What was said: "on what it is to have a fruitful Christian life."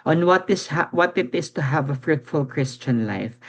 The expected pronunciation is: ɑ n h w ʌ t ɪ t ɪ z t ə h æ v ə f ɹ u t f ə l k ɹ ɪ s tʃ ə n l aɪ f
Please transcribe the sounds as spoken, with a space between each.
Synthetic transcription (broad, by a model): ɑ n h w ʌ t ɪ t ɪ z t ə h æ v ə f ɹ u t f ə l k ɹ ɪ s tʃ ə n l aɪ f